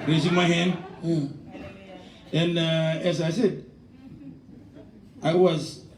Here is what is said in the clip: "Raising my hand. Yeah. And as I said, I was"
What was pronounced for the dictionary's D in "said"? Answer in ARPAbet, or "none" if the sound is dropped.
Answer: D